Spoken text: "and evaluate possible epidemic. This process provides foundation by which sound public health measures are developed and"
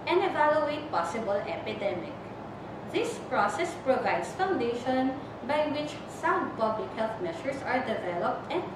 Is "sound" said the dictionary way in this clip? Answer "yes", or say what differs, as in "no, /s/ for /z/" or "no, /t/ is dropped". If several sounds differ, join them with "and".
no, /n/ is dropped